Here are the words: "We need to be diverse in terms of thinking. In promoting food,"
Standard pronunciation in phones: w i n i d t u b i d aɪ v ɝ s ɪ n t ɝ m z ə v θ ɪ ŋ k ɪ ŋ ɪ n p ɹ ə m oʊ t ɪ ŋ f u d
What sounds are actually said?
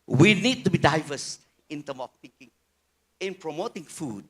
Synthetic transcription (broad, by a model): w i n i d t u b i d aɪ v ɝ s ɪ n t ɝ m ə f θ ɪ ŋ k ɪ ŋ ɪ n p ɹ ə m oʊ t ɪ ŋ f u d